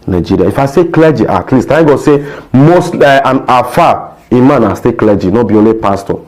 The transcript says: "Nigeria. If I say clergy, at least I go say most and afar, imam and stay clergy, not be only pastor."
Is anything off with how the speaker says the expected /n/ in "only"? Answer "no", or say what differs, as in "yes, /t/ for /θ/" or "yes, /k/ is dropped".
yes, /n/ is dropped